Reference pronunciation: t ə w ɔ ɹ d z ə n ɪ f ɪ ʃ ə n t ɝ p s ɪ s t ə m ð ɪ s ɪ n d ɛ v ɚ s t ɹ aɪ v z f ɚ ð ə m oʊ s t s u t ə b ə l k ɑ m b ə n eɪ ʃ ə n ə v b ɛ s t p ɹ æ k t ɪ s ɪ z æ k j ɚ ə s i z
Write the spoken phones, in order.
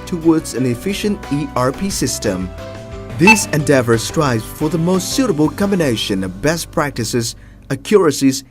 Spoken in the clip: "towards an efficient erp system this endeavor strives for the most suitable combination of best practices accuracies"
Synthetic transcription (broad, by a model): t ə w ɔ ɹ d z ə n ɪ f ɪ ʃ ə n t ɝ p s ɪ s t ə m ð ɪ s ɪ n d ɛ v ɚ s t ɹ aɪ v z f ɚ ð ə m oʊ s t s u t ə b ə l k ɑ m b ə n eɪ ʃ ə n ə v b ɛ s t p ɹ æ k t ɪ s ɪ z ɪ k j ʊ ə s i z